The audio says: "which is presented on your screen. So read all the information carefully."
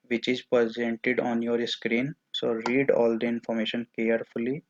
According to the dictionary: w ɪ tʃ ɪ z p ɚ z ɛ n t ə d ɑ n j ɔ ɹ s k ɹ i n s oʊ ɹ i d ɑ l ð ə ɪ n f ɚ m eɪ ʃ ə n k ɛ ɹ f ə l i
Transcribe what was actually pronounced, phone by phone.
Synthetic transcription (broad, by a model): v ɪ tʃ ɪ z p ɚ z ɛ n t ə d ɑ n j ɔ ɹ s k ɹ i n s oʊ ɹ i d ɑ l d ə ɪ n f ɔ m eɪ ʃ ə n k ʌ ɹ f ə l i